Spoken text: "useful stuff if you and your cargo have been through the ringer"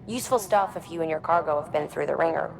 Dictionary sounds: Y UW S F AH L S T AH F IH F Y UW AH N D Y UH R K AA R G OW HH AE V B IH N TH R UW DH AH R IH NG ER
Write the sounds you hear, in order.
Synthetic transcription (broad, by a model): Y UW S F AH L S T AH F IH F Y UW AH N Y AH R K AA R G OW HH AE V B IH N TH R UW DH AH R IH NG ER